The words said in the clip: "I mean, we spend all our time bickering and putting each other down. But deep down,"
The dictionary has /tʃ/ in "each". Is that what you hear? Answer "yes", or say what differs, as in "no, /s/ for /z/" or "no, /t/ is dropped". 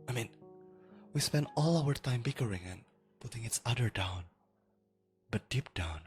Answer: no, /s/ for /tʃ/